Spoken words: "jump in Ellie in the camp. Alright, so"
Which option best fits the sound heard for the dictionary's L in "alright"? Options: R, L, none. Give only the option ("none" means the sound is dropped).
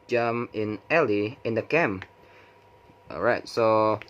none